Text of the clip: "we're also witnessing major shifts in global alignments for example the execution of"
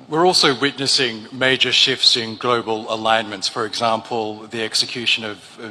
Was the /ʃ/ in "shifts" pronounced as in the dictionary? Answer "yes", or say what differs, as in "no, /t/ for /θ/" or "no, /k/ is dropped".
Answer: yes